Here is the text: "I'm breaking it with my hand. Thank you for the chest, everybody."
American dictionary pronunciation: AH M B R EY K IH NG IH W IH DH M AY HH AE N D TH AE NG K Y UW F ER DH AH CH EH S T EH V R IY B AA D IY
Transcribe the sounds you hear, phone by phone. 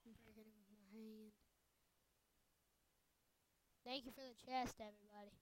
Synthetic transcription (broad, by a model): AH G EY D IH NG W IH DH M AY HH AE N D TH AE NG K Y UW F ER DH AH CH EH S T EH V R IY B AA D IY